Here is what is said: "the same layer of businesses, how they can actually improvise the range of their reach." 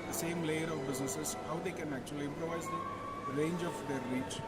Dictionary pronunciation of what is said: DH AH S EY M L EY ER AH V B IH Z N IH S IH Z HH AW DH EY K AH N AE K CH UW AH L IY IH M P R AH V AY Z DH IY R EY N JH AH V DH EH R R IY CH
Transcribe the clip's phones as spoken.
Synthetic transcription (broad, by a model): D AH S EY M L EY ER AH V B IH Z N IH S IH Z HH AW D EY K AH N AE K CH UW AH L IY IH M P R AH V AY Z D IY R EY N JH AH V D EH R R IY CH